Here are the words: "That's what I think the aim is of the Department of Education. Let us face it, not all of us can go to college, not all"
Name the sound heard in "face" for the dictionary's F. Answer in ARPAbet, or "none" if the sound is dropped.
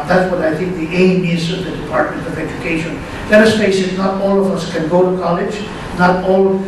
P